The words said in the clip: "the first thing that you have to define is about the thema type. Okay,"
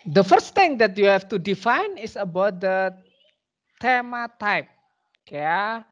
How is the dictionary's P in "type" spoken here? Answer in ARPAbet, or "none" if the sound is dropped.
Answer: P